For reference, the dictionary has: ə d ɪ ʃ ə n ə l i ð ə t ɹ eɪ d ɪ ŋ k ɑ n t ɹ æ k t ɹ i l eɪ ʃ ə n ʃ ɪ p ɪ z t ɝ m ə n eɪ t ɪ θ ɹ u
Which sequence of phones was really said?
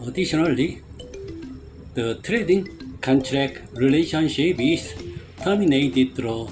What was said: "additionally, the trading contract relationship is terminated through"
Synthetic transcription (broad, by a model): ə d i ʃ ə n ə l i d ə t ɹ eɪ d ɪ ŋ k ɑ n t ɹ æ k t ɹ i l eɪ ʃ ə n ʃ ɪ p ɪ s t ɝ m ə n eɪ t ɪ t ɹ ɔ